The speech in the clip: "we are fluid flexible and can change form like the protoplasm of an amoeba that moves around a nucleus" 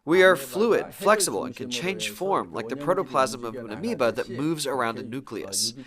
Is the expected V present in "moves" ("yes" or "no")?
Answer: yes